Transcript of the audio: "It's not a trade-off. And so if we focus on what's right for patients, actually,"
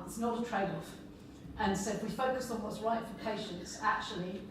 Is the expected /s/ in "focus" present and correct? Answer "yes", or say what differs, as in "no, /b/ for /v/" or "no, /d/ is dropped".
yes